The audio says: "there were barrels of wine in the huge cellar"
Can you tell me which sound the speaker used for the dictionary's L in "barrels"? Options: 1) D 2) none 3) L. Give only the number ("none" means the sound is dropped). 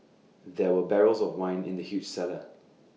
3